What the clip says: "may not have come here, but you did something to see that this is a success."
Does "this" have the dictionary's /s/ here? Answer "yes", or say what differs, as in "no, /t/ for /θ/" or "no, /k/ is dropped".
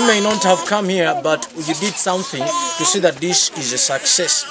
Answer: no, /ʃ/ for /s/